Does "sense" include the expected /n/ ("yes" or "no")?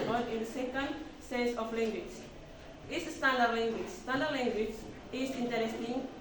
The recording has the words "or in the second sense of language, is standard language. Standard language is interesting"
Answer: no